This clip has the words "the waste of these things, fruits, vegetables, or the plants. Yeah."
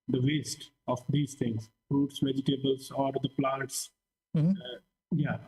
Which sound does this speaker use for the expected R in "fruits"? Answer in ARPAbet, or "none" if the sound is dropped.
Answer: R